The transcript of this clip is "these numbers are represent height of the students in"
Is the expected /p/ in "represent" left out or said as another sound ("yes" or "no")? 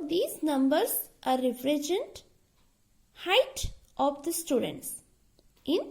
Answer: yes